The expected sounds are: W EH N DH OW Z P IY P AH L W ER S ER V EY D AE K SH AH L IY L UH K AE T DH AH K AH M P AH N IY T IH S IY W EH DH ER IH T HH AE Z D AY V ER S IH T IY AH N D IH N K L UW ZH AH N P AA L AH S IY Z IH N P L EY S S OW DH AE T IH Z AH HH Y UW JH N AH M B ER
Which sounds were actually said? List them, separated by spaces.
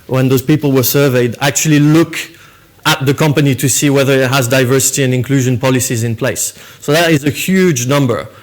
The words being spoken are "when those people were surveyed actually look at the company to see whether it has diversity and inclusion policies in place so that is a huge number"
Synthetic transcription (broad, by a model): W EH N DH OW Z P IY P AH L W ER S ER V EY D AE K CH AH L IY L UH K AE T DH AH K AH M P AH N IY T IH S IY W EH DH ER IH T HH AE Z D AY V ER S IH T IY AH N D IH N K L UW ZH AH N P AA L AH S IY Z IH N P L EY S S OW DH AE T IH Z AH HH Y UW JH N AH M B ER